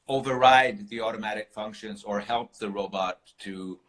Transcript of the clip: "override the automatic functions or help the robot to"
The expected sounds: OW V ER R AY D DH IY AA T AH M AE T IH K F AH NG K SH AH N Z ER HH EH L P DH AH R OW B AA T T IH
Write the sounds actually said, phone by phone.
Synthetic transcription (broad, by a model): OW V ER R AY D DH IY AA T AH M AE T IH K F AH NG K SH AH N Z ER HH EH L P DH AH R OW B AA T T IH